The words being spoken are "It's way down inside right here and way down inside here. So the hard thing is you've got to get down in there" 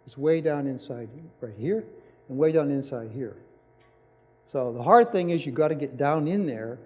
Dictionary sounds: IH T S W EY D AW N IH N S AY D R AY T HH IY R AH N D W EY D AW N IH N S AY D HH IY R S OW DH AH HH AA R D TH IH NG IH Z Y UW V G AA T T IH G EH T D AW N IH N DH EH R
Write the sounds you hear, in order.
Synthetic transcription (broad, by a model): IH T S W EY D AW N IH N S AY D R AY T HH IY R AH N W EY D AW N IH N S AY D HH IY R S OW DH AH HH AA R D TH IH NG IH Z Y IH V G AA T T IH G EH T D AW N IH N DH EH R